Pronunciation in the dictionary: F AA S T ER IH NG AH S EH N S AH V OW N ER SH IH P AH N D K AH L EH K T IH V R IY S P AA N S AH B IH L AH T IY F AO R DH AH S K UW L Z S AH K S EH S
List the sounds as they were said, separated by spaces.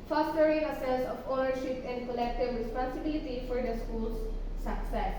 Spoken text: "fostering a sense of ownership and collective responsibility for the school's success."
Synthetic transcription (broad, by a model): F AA S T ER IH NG AH S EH L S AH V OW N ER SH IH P AH N D K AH L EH K T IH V R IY S P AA N S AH B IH L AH T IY F AO R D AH S K UW L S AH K S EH S